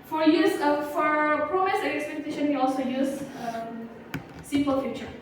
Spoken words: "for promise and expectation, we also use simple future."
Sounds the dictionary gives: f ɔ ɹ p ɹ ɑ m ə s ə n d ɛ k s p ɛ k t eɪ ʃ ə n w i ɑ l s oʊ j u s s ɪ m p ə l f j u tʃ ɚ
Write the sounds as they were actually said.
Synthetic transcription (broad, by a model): f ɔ ɹ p ɹ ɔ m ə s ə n ɛ k s p ɛ k t eɪ ʃ ə n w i ɑ l s oʊ j u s s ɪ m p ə l f j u tʃ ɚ